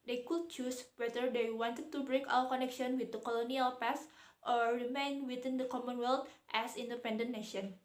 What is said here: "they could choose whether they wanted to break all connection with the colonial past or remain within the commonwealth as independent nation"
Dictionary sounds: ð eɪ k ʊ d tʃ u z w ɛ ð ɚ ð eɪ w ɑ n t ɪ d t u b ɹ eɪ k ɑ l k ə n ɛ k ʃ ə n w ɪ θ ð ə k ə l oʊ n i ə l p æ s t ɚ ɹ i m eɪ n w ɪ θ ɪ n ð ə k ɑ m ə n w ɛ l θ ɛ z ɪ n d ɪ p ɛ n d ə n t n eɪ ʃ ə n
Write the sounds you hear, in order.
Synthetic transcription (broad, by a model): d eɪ k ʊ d tʃ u s w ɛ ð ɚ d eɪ w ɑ n t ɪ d t u b ɹ eɪ k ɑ w k ə n ɛ k ʃ ə n w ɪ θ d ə k ə l oʊ n i ə l p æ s t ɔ ɹ i m eɪ n w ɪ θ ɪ n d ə k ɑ m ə n w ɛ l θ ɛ s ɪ n d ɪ p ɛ n d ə n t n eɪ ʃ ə n